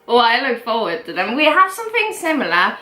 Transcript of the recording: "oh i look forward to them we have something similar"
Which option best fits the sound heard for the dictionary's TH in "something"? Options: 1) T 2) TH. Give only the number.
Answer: 2